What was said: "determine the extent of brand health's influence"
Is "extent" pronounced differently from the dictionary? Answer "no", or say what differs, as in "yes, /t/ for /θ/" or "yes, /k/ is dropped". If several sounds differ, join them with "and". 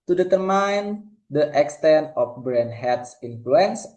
no